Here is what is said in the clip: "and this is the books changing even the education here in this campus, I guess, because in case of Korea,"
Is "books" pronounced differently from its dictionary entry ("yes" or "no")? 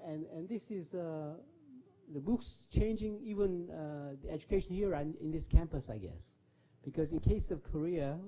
no